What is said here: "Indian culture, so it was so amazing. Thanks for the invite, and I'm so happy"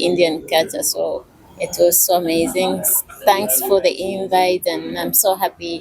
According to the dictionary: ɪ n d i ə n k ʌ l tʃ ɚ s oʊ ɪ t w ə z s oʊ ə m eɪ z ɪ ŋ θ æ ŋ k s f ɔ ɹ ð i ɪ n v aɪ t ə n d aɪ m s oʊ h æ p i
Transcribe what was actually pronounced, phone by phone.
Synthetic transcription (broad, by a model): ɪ n d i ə n k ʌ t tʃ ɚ s oʊ ɪ t w ə z s oʊ ə m eɪ z ɪ ŋ θ æ ŋ k s f ɔ ɹ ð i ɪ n v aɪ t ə n aɪ m s oʊ h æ p i